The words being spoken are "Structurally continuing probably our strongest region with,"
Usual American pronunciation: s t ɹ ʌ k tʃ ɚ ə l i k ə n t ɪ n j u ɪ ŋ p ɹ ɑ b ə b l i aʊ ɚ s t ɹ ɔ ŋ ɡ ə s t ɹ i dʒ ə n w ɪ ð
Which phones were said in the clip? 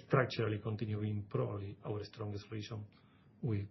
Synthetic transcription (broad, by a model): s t ɹ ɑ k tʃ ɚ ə l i k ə n t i n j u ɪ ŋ p ɹ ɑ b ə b l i aʊ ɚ s t ɹ ɔ ŋ ɡ ə s t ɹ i ʃ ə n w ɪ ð